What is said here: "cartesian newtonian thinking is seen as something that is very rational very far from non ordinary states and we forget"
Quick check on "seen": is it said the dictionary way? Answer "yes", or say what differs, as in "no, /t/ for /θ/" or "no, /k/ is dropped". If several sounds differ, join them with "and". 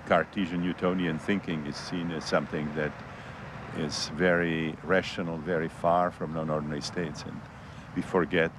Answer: yes